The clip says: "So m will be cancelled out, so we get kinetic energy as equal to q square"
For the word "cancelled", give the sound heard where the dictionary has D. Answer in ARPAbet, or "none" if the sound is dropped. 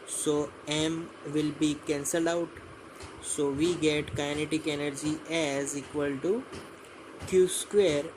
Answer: none